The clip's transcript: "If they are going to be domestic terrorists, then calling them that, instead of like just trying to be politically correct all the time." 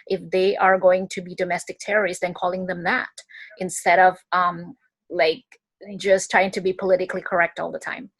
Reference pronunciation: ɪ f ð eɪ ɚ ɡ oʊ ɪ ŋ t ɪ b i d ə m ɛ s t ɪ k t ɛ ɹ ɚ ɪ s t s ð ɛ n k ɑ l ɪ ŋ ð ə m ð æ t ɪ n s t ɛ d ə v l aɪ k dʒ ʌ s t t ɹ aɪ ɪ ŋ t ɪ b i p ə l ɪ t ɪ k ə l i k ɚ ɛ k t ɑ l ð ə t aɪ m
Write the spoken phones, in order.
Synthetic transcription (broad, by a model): ɪ f ð eɪ ɚ ɡ oʊ ɪ ŋ t ɪ b i d ə m ɛ s t ɪ k t ɛ ɹ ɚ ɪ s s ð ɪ n k ɑ l ɪ ŋ ð ə m ð æ t ɪ n s t ɛ d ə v l aɪ k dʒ ʌ s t t ɹ aɪ ɪ ŋ t ɪ b i p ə l ɪ t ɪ k l i k ɚ ɛ k t ɑ l ð ə t aɪ m